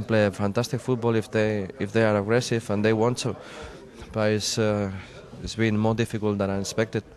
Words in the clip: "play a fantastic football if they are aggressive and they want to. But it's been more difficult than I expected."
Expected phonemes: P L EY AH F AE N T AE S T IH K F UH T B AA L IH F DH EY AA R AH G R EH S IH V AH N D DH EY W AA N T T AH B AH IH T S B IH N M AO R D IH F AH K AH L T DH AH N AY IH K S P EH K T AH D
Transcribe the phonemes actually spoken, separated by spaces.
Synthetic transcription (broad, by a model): P L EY AH F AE N T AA S T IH K F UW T B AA L IH F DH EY AA R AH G R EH S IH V AH N D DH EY W AA N T S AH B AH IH S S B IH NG M AO R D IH F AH K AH L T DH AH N AY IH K S P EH K T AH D